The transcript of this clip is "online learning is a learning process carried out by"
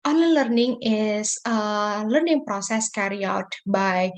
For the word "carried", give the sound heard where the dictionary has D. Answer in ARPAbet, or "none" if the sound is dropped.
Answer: none